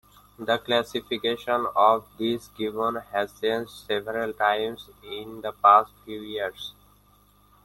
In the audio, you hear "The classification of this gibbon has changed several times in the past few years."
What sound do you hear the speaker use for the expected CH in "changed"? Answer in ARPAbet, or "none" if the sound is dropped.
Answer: S